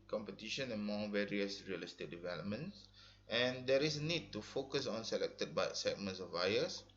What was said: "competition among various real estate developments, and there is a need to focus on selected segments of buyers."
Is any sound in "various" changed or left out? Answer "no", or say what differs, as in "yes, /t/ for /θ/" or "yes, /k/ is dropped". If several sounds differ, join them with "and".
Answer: no